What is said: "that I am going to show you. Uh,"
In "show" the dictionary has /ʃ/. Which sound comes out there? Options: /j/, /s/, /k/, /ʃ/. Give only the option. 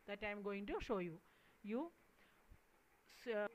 /ʃ/